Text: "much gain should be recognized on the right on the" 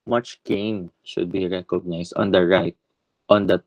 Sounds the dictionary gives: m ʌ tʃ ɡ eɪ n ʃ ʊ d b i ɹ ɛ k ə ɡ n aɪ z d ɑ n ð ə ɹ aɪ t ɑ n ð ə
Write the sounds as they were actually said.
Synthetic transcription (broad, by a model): m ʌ tʃ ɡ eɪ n ʃ ʊ d b i ɹ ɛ k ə ɡ n aɪ s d ɑ n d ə ɹ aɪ t ɑ n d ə